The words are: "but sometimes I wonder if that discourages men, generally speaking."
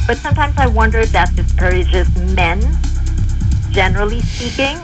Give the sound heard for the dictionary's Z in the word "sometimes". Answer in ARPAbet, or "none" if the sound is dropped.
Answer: Z